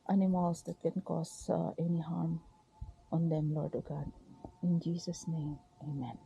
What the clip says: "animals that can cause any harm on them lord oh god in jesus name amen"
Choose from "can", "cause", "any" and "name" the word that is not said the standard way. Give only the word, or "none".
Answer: cause